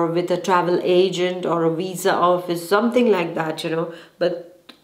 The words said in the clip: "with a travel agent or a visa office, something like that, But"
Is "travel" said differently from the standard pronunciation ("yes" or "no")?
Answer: no